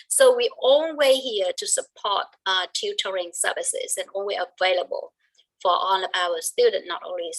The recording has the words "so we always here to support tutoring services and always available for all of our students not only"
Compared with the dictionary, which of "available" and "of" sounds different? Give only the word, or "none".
of